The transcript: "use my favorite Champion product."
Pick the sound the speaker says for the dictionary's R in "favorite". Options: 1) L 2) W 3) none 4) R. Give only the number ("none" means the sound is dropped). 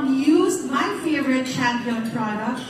4